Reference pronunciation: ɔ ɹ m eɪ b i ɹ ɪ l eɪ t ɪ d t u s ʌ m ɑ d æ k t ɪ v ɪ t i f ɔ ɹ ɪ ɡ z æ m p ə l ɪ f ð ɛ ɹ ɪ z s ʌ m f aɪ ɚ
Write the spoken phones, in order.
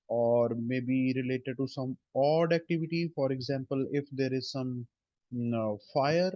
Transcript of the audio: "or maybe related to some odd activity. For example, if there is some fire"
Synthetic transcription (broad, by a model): ɔ ɹ m eɪ b i ɹ ɪ l eɪ t ɪ d t u s ʌ m ɑ d æ k t ɪ v ɪ t i f ɔ ɹ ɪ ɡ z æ m p ə l ɪ f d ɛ ɹ ɪ z s ʌ m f aɪ ɚ